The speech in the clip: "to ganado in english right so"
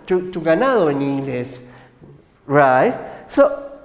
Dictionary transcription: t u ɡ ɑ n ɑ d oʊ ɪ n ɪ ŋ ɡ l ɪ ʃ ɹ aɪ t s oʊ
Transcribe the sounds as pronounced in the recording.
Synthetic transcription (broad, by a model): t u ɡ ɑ n ɑ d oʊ ɪ n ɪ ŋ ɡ l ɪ s ɹ aɪ t s oʊ